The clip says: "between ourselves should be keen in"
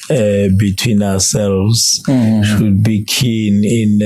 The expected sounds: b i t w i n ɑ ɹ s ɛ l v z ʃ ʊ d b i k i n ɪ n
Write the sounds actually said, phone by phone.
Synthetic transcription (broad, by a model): b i t w i n ɑ w s ɛ l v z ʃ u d b i k i n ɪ n